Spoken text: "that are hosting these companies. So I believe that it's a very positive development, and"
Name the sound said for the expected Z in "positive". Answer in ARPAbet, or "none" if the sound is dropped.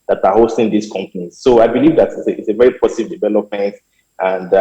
S